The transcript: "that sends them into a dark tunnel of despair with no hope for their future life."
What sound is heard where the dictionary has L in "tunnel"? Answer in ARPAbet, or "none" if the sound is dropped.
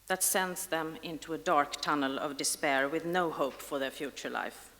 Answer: L